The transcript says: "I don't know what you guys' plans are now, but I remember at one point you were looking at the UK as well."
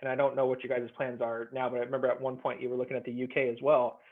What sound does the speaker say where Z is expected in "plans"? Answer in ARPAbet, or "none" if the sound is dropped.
Z